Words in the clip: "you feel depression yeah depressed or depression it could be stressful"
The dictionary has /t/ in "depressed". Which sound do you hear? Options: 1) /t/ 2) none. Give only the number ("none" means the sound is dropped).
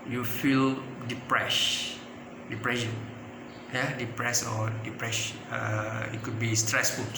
2